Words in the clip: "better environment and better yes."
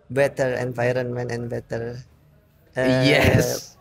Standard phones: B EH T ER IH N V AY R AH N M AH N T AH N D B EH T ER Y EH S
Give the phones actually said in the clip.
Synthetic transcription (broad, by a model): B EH T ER IH N V AY R AH N M AH N T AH N B EH T ER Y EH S